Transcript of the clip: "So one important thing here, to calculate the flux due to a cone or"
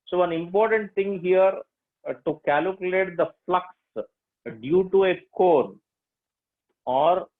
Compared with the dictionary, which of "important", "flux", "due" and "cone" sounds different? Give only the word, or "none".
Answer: none